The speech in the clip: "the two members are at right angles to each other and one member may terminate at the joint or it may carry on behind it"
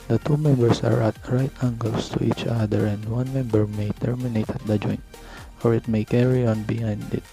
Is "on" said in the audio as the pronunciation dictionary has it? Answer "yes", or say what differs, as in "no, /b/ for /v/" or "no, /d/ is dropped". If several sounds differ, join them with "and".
yes